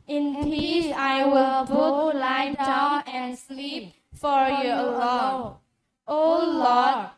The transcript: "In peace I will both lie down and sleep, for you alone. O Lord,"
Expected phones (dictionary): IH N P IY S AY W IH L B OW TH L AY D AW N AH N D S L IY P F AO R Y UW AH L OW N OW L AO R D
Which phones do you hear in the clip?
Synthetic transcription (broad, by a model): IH N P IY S AY W IH L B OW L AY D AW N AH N S L IY P F AO R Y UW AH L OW OW L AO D